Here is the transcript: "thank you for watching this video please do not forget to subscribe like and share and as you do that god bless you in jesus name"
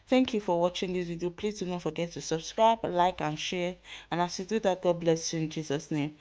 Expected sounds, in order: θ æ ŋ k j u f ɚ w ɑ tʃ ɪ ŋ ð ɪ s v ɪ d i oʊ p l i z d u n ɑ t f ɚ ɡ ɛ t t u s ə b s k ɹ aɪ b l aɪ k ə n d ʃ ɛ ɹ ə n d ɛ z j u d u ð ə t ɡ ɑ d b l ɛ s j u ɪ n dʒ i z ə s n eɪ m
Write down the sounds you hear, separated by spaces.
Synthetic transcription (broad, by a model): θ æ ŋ k j u f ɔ w ɑ tʃ ɪ ŋ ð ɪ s w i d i p l i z d u n ɑ t f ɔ ɡ ɛ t t u s ə b s k ɹ aɪ b l aɪ k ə n ʃ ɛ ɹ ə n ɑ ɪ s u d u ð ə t ɡ ɑ d b l ɛ s j u ɪ n dʒ i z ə s n eɪ m